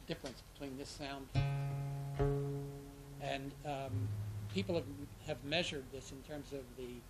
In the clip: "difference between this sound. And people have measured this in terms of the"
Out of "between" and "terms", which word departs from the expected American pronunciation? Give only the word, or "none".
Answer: none